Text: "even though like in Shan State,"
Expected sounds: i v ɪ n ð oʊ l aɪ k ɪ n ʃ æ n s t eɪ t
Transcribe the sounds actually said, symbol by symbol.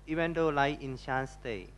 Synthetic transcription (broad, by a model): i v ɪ n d oʊ l aɪ ɪ n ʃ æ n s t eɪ